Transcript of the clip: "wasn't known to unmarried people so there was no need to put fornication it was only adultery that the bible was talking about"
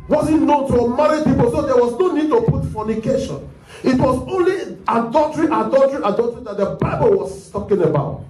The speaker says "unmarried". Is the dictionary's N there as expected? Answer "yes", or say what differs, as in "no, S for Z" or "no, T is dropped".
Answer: no, N is dropped